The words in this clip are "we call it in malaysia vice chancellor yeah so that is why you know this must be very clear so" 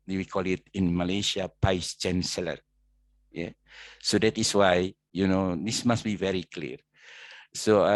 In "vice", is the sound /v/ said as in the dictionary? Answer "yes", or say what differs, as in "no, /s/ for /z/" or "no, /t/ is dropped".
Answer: no, /p/ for /v/